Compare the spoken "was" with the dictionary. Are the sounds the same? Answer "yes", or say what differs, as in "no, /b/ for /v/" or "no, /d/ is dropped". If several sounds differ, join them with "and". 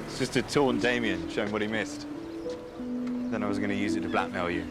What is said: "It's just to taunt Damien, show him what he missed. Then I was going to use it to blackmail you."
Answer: yes